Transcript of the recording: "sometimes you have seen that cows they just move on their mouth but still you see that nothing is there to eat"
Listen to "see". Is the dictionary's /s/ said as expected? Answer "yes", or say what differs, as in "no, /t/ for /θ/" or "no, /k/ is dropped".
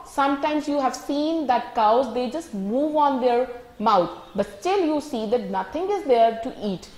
yes